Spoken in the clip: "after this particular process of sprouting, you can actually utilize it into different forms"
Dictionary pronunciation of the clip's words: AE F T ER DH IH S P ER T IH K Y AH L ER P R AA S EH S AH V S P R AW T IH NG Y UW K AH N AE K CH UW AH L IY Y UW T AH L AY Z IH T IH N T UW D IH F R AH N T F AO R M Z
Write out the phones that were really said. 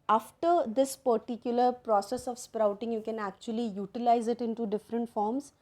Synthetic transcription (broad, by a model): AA F T ER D IH S P ER T IH K Y AH L ER P R AA S EH S AH V S P R AW T IH NG Y UW K AH N AE K CH UW AH L IY Y UW T AH L AY Z IH T IH N T UW D IH F R AH N T F AO R M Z